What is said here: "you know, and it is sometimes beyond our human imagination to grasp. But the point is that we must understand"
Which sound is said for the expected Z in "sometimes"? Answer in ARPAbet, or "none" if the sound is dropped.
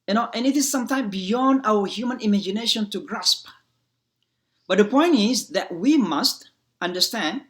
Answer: none